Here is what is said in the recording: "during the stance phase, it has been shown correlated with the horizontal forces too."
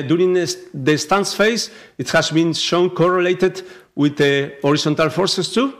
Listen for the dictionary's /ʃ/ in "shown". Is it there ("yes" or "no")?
yes